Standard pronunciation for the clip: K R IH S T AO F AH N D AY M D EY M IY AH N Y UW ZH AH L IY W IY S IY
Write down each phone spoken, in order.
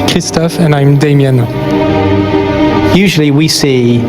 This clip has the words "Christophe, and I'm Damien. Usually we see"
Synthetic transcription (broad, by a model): K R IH S T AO F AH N AY M D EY M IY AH N Y UW ZH AH L IY W IY S IY